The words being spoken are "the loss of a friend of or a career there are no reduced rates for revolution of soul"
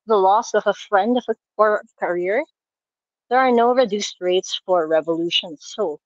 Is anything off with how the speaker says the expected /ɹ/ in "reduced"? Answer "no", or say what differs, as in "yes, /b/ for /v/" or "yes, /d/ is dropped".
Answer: no